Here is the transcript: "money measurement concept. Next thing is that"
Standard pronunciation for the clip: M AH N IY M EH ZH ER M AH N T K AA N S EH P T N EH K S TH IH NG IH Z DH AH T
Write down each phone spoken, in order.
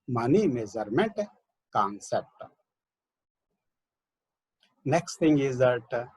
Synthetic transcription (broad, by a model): M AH N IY M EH Z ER M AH N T K AA N S EH P T N EH K S T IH NG IH Z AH T